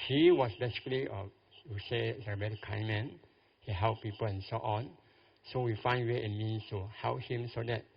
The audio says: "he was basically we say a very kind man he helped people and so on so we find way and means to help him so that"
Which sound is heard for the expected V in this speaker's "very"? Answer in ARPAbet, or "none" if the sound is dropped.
B